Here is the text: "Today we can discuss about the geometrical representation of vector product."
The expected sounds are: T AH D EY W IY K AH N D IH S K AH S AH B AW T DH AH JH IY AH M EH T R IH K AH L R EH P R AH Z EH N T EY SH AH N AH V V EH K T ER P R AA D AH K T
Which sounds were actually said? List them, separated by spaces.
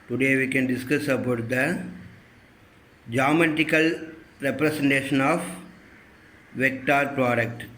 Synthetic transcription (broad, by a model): T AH D EY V IY K AH N D IH S K AH S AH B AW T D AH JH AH M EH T IH K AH L R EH P R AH S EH N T EY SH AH N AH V V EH K T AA P R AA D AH K T